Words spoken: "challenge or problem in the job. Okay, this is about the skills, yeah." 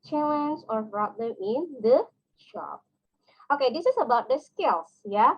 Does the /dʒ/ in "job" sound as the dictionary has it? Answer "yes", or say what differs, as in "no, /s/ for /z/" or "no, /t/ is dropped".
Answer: no, /ʃ/ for /dʒ/